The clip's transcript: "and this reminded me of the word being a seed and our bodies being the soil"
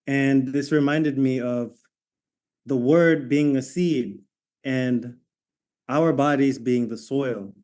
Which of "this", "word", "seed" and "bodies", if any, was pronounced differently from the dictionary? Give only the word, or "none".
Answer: none